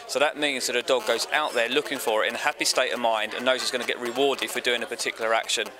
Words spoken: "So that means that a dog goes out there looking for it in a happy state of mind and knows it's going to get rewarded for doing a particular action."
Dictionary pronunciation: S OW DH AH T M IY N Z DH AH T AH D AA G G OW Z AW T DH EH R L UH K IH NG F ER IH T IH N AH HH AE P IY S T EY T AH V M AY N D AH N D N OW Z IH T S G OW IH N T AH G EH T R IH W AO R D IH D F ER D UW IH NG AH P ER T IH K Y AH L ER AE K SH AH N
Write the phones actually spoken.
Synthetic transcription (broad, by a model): S OW DH AH T M IY N Z DH AH T AH D AA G G OW Z AW T DH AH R L UH K IH NG F ER IH T IH N AH HH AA P IY S T EY T AH V M AY N D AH N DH OW Z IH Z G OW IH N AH G EH T R IH W AO D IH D F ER D UW IH NG AH P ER T IH K Y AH L ER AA K SH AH N